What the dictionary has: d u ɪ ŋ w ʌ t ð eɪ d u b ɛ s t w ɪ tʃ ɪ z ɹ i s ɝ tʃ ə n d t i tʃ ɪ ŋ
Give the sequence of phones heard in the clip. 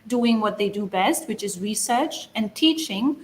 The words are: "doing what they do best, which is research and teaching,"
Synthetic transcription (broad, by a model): d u ɪ ŋ w ʌ t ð eɪ d u b ɛ s t w ɪ tʃ ɪ z ɹ i s ɝ tʃ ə n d t i tʃ ɪ ŋ